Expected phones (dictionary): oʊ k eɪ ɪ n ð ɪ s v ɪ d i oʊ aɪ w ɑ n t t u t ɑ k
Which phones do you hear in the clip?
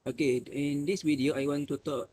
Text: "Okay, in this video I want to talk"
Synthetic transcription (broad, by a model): oʊ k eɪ ɪ n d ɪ s w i d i oʊ aɪ w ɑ n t t u t ɑ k